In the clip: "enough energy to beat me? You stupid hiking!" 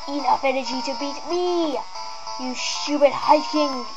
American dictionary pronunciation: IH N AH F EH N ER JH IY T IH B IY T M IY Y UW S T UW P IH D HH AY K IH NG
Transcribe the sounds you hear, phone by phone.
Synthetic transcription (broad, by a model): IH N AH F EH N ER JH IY T IH B IY T M IY Y UW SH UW B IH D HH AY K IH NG